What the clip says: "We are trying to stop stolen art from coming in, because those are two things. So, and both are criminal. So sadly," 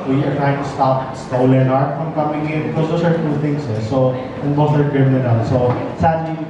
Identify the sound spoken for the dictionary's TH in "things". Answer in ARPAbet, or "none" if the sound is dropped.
T